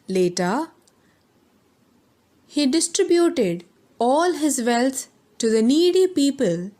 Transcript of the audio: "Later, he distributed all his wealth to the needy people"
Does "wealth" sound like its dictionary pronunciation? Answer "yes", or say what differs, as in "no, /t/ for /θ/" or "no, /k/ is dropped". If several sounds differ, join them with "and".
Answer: no, /t/ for /θ/